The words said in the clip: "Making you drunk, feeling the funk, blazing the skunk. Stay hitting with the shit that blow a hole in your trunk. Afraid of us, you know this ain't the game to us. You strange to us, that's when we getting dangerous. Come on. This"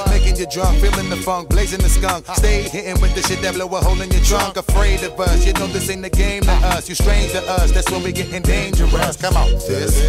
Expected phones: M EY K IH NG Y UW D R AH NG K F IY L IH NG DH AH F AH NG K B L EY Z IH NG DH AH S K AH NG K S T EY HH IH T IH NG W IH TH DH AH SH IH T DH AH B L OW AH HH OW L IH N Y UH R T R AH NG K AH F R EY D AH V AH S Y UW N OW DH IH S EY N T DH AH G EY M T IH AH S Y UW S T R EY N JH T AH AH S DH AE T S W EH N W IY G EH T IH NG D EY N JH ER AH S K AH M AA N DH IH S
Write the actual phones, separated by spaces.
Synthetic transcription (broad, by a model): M EY K IH NG Y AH D R AH NG K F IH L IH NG DH AH F AH NG K B L EY Z IH NG DH AH S K AH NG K S T EY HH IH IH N W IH DH AH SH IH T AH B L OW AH HH OW L IH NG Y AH R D R AH NG K AH F R EY D AH V AH S Y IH N OW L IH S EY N DH AH G EY M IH AH S Y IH S T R EY N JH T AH AH S DH AE T S W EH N W IY G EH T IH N D EY N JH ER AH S K AH M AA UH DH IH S